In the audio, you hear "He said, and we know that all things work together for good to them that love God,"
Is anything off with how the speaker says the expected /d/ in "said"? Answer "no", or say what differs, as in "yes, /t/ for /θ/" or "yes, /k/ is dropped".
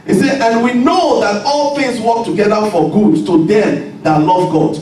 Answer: yes, /d/ is dropped